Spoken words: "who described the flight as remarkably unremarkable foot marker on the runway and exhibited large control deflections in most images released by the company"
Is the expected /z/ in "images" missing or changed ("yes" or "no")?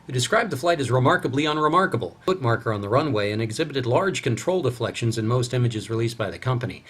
no